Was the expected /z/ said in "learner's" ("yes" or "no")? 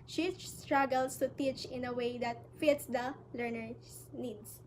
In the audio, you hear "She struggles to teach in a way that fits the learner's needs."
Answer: no